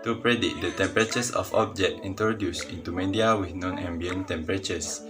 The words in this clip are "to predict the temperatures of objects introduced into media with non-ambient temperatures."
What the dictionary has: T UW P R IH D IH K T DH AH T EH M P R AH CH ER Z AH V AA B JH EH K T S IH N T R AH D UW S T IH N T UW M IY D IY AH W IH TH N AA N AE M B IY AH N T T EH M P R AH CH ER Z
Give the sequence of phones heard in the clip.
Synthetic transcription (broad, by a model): T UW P R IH D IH T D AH T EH M P R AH CH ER S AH F AA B JH EH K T IY N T R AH D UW S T IH N T UW M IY D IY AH W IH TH N AA N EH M B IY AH N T T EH M P R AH CH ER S